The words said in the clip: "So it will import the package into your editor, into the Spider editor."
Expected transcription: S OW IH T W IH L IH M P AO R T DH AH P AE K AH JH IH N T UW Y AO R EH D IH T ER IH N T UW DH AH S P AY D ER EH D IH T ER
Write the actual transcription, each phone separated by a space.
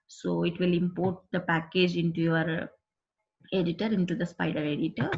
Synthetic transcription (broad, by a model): S OW IH T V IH L IH M P AO R T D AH P AE K AH JH IH N T UW Y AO R EH D IH T ER IH N T UW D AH S P AY D ER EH D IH T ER